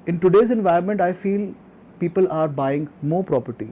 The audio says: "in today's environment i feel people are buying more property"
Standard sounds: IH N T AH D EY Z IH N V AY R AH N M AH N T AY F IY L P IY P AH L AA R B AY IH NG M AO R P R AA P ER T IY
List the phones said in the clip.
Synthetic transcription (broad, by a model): IH N T AH D EY Z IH N V AY AH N M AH N T AY F IY L P IY P AH L AA R B AY IH NG M AO R P R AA P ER T IY